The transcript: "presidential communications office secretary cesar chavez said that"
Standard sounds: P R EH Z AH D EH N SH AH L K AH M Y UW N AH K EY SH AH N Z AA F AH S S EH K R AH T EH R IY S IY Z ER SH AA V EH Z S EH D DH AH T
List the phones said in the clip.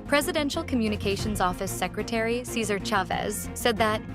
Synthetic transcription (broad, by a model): P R EH Z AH D EH N SH L K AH M Y UW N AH K EY SH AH N Z AA F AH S S EH K R AH T EH R IY S IY Z ER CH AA V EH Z S EH D DH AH T